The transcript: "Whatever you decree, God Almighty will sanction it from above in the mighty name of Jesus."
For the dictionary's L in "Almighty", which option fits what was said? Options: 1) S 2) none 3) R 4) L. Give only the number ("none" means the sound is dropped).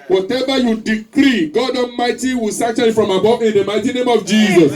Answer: 2